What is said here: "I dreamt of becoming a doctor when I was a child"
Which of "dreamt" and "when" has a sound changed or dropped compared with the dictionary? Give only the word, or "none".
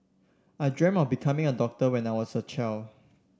dreamt